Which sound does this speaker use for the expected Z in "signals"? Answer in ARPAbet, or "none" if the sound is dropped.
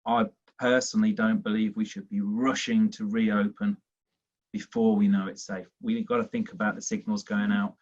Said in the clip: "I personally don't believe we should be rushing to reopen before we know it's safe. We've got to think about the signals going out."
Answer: Z